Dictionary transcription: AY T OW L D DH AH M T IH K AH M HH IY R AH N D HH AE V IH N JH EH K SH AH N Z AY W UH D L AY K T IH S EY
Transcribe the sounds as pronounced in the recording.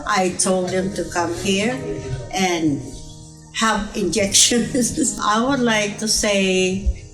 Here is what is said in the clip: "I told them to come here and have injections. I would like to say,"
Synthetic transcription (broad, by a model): AY T OW L D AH M T IH K AH M HH IY R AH N HH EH P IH N JH EH K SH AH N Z AY W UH D L AY K T IH S EY